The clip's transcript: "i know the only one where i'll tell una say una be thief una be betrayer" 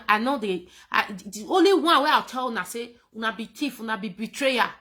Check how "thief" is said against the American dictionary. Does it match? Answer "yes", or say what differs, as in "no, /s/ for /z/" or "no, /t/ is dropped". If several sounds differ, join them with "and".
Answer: no, /t/ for /θ/